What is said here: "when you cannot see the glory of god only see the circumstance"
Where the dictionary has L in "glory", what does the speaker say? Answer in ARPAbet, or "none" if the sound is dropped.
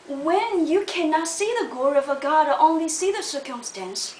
none